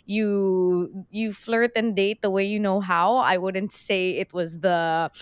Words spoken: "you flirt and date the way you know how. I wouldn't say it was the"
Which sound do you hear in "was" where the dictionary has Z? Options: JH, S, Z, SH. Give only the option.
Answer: Z